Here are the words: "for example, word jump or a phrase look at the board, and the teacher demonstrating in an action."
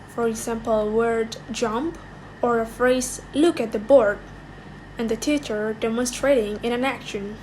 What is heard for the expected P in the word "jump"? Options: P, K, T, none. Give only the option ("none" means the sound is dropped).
P